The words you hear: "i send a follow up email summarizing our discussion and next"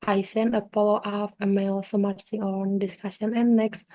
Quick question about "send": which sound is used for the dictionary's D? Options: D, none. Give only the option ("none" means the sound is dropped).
none